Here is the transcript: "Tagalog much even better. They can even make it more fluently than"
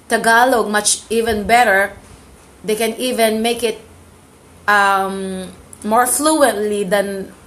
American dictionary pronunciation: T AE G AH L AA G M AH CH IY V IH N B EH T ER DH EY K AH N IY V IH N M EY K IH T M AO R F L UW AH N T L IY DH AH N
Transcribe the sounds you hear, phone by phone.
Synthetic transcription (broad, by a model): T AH G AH L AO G M AH CH IY V IH N B EH T ER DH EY K AH N IY V IH N M EY K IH T M AO R F L UW AH N T L IY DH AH N